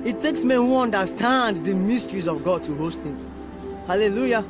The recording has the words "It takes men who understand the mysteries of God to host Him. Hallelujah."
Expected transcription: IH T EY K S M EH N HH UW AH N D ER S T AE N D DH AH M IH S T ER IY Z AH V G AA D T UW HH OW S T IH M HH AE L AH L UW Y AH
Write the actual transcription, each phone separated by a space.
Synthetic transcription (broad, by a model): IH T EY K S M EH N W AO N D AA S T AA N D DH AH M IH S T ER IY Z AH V G AA D T UW HH OW S T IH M HH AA L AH L UW Y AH